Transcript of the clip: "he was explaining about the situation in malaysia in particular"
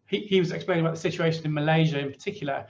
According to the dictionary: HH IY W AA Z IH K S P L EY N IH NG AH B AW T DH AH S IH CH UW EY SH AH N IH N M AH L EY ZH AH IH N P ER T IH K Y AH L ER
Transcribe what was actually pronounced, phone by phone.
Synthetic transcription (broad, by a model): HH IY W AA Z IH K S P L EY IH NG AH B AW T DH AH S IH CH UW EY SH AH N IH N M AH L EY ZH AH IH N P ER T IH K Y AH L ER